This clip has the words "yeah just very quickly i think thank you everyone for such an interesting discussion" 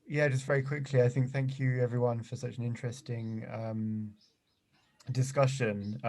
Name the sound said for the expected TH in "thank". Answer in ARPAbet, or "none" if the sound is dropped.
TH